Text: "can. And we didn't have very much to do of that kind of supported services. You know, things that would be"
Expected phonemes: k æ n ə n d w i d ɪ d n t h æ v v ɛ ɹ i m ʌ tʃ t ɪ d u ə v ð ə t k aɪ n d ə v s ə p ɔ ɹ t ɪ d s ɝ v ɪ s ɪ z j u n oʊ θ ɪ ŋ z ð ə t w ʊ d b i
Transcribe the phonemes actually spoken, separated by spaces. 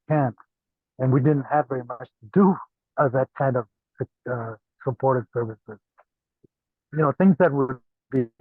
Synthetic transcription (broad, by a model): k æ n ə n w i d ɪ d n t h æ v v ɛ ɹ i m ʌ tʃ t ɪ d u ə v ð ə t k aɪ n d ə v s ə p ɔ ɹ t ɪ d s ɝ v ɪ s ɪ z j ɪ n oʊ θ ɪ ŋ z ð ə t w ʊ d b i